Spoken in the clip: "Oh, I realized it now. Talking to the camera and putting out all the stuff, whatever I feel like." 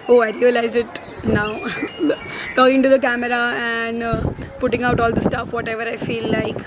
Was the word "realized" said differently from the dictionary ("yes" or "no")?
yes